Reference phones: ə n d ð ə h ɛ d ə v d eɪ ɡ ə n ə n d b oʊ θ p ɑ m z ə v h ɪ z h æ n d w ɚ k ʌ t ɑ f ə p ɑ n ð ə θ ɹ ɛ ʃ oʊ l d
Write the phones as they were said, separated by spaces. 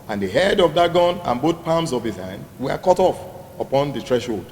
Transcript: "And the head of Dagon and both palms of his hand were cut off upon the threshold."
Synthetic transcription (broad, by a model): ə n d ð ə h ɛ d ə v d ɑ ɡ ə n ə n b oʊ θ p ɑ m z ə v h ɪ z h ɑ n d w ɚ k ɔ t ɑ f ə p ɑ n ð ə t ɹ ɛ ʃ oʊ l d